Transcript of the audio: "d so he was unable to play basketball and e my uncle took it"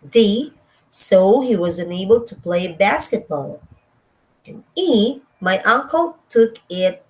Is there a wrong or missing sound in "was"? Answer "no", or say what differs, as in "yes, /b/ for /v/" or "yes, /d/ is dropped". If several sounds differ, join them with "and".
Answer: no